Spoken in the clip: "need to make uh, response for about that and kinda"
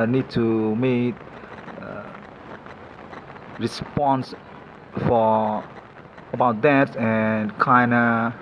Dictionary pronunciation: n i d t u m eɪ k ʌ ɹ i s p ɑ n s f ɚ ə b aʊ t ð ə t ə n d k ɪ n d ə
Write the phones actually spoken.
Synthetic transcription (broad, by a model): n i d t u m eɪ k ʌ ɹ i s p ɑ n s f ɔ ə b aʊ t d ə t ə n k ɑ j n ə